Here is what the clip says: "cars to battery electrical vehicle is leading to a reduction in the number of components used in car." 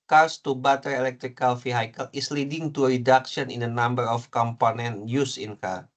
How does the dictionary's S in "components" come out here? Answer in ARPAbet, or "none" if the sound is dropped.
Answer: none